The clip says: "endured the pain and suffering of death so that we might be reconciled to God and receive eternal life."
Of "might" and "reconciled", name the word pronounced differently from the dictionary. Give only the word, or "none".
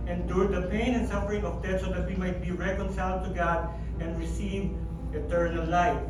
none